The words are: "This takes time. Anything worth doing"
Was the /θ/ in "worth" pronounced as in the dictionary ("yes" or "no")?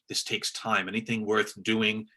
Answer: yes